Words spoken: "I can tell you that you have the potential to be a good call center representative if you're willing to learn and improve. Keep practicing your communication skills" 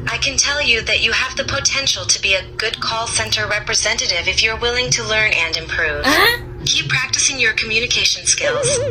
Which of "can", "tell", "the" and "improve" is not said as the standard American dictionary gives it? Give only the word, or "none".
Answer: none